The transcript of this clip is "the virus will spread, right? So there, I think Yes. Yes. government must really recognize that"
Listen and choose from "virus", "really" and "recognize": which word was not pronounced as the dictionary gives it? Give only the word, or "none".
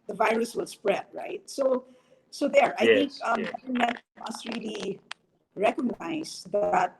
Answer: recognize